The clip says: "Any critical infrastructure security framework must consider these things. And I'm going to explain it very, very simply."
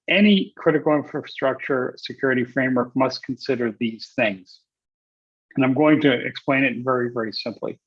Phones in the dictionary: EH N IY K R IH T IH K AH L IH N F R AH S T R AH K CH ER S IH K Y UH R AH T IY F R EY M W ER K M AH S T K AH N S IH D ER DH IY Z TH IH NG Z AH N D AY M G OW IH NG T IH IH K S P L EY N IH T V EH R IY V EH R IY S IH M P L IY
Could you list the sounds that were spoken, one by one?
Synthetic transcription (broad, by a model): EH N IY K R IH T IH K L IH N F R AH S T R AH K CH ER S IH K Y UH R AH T IY F R EY M W ER K M AH S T K N S IH D ER DH IY Z TH IH NG Z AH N AY M G OW IH NG T IH IH K S P L EY N IH T V EH R IY V EH R IY S IH M P L IY